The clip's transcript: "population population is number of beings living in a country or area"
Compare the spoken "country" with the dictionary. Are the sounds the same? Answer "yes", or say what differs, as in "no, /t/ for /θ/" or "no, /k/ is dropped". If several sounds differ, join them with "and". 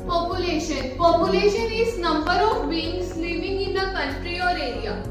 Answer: yes